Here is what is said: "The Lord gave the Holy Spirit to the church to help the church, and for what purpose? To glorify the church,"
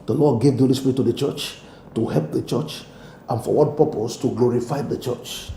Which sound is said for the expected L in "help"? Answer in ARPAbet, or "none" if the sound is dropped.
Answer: L